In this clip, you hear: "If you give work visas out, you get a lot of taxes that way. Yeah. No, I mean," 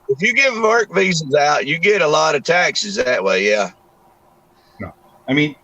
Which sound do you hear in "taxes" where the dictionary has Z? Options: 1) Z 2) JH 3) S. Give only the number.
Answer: 1